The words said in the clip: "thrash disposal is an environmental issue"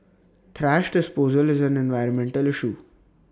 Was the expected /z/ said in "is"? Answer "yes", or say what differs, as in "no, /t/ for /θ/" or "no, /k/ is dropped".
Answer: yes